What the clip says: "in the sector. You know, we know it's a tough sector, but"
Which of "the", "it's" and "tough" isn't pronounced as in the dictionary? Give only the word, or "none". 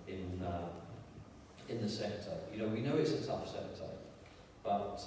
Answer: none